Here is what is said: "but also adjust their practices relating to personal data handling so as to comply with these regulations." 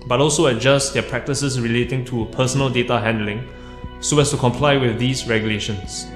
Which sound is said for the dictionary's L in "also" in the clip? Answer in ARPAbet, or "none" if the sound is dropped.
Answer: L